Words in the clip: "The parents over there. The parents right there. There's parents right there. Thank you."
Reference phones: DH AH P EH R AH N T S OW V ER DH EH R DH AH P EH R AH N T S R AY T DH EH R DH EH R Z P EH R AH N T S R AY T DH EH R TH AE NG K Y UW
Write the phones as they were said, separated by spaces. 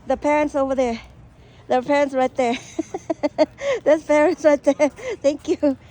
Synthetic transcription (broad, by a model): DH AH P EH R AH N T S OW V ER DH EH R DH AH P EH R AH N T S R AY T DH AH R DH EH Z P EH R AH N T S R AY T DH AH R TH AE NG K Y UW